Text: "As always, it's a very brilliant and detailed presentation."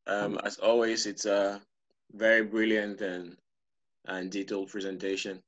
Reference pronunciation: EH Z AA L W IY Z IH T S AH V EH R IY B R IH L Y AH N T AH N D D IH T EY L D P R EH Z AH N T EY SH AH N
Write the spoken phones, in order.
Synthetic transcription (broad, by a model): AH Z AA L W IY Z IH T S AH V EH R IY B R IH L Y AH N T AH N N D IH T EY L P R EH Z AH N T EY SH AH N